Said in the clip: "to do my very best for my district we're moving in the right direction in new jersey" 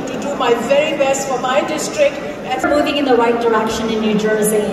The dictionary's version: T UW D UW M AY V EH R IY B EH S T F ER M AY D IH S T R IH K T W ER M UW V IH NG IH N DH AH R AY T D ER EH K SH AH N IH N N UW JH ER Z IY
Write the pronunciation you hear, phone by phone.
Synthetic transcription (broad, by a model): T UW D UW M AY V EH R IY B EH S T F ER M AY D IH S T R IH K T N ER M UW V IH NG IH N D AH W AY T D ER EH K SH AH N IH N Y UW JH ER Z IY